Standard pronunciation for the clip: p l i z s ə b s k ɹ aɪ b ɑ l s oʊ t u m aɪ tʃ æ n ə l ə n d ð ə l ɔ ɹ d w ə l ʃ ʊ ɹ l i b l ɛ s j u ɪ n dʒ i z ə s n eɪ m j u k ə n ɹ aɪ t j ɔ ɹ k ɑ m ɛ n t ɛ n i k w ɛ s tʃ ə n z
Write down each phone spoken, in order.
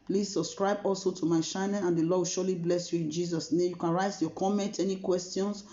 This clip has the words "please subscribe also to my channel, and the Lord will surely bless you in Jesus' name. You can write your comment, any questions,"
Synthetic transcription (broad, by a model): p l i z s ə b s k ɹ aɪ b ɑ l s oʊ t u m aɪ ʃ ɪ n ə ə n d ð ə l ɔ d w ə l ʃ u l i b l ɛ s j u ɪ n dʒ i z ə s n eɪ m j u k ə n ɹ aɪ t j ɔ k ɑ m ɛ n t ɛ n i k w ɛ s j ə n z